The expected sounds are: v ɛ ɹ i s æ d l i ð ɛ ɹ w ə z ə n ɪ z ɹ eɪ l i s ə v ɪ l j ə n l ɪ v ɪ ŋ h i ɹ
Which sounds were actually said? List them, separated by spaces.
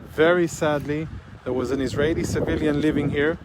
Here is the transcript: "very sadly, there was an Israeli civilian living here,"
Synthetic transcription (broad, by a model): v ɛ ɹ i s æ d l i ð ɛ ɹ w ə z ə n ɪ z ɹ eɪ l i s ə v ɪ l j ə n l ɪ v ɪ ŋ h i ɹ